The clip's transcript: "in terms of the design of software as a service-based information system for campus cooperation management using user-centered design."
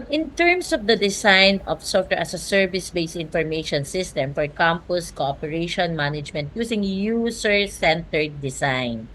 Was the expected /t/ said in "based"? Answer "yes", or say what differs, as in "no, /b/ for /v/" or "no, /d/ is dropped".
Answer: no, /t/ is dropped